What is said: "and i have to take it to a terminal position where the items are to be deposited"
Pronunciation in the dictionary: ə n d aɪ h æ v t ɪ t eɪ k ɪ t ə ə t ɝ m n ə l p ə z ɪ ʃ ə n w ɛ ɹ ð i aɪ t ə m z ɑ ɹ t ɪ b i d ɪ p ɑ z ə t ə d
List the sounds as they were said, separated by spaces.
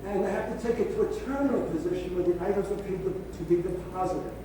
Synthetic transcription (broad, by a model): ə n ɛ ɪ h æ f t ɪ t eɪ k ɪ t ə ə t ɝ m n l p ə z ɪ ʃ ə n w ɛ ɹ ð i aɪ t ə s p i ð t ɪ b i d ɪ p ɑ z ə t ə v